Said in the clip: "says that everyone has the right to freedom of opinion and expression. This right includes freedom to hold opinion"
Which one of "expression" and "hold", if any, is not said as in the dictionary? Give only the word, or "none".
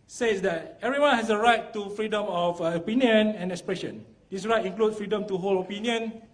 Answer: hold